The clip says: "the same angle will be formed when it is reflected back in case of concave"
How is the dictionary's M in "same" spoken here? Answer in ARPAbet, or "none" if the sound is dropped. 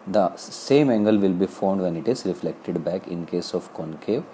M